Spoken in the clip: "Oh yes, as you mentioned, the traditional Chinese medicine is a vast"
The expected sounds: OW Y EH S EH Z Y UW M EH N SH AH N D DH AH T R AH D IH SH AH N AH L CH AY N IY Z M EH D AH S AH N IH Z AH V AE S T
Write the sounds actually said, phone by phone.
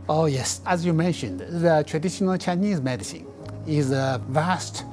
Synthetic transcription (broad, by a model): OW Y EH S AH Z Y UW M EH N SH AH N D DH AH T R AH D IH SH AH N AH L CH AY N IY Z M EH D AH S AH N IH Z AH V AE S T